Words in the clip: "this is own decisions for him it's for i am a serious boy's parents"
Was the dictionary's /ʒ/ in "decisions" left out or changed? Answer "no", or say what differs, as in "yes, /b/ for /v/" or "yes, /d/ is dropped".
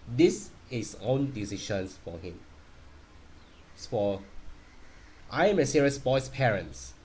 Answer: yes, /ʃ/ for /ʒ/